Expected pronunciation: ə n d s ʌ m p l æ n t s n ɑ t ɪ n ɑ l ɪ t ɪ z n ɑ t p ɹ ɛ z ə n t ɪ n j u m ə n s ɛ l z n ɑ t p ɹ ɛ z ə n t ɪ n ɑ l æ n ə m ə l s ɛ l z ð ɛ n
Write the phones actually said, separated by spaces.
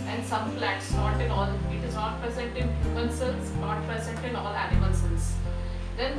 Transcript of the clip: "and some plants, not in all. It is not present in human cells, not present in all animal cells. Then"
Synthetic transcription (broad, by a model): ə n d s ʌ m f l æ t s n ɑ t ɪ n ɑ l ɪ t ɪ z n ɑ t p ɹ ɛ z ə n t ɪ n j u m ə l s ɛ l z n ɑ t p ɹ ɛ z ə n t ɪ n ɑ l æ n ə m ə l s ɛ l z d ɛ n